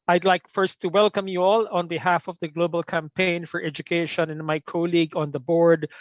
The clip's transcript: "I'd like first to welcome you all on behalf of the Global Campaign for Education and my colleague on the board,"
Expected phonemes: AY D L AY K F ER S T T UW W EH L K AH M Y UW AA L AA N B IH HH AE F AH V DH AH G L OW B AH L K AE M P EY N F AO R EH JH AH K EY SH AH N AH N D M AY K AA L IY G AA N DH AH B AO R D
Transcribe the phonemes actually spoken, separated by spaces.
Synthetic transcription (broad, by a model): AY D L AY K F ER S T T UW W EH L K AH M Y UW AA L AA N B IH HH AE F AH V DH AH G L OW B AH L K AE M P EY N F AO R EH JH AH K EY SH AH N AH N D M AY K AA L IY G AA N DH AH B AO R D